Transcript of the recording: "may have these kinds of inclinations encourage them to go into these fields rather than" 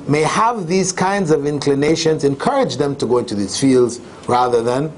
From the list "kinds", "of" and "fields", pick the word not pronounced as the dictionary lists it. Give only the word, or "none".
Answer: none